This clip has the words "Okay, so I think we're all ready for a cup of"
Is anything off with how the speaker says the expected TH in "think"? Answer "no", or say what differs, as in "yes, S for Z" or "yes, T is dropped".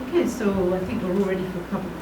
no